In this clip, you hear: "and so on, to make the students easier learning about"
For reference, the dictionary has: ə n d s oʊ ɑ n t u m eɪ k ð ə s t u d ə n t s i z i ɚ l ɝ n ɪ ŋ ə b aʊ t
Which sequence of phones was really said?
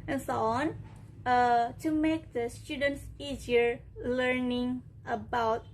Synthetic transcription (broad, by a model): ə n s oʊ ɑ n t u m eɪ k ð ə s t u d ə n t s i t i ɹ l ɝ n ɪ ŋ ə b aʊ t